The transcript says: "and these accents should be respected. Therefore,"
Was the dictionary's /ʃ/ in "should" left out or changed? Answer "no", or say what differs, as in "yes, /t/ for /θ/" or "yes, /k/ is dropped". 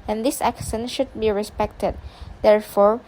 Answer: no